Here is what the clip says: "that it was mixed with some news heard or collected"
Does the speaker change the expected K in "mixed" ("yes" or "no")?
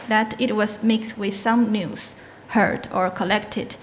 no